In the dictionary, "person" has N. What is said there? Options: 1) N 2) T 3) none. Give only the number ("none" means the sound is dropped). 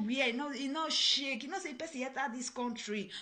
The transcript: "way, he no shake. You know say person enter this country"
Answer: 3